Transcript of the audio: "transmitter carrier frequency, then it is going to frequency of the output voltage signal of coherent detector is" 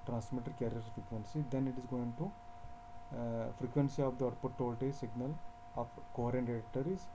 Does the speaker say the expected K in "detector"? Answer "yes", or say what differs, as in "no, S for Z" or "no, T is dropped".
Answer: no, K is dropped